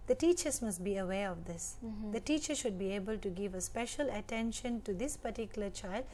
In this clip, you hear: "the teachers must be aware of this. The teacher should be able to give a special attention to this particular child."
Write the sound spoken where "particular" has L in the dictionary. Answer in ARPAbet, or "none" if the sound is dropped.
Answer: L